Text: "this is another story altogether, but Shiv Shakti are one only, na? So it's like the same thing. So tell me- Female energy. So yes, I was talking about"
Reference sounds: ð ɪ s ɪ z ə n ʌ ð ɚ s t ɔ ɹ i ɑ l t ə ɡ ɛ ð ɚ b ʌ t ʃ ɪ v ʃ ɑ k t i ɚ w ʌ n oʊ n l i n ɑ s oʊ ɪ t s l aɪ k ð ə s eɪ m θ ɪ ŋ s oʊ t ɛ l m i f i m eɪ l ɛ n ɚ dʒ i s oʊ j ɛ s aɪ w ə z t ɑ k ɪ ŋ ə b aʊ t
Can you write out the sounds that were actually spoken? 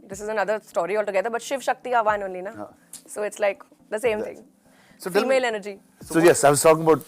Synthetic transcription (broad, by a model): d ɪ s ɪ z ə n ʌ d ɚ s t ɔ ɹ i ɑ l t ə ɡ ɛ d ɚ b ʌ t ʃ ɪ v ʃ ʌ k t i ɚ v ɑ n oʊ n l i n ɑ s oʊ ɪ t s l aɪ k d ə s eɪ m t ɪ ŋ s oʊ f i m eɪ l ɛ n ɚ dʒ i s oʊ j ɛ s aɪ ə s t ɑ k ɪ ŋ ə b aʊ t